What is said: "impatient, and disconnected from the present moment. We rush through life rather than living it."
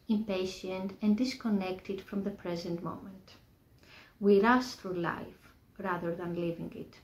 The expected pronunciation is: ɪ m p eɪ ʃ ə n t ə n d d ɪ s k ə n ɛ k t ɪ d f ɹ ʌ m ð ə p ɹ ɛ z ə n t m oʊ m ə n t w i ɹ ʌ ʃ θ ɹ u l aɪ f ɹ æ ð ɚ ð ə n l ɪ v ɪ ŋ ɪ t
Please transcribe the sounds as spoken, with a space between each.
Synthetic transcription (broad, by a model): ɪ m p eɪ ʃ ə n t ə n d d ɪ s k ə n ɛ k t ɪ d f ɹ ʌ m ð ə p ɹ ɛ z ə n t m oʊ m ə n t w i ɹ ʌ s θ ɹ u l aɪ f ɹ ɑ ð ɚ ð ə n l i v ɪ ŋ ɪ t